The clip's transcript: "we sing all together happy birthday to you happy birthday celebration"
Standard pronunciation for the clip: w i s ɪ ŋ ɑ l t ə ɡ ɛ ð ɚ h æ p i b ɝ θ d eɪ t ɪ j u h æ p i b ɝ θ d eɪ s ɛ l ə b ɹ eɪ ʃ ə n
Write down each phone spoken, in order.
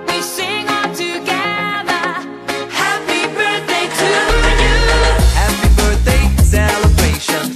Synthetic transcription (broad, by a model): w i s ɪ ŋ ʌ n t ə ɡ ɛ ð ɚ h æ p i b ɝ θ d eɪ t ɪ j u h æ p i b ɝ θ d eɪ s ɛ l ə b ɹ eɪ ʃ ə n